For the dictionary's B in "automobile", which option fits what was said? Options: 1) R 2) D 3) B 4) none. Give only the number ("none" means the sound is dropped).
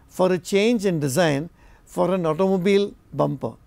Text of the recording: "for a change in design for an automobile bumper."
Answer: 3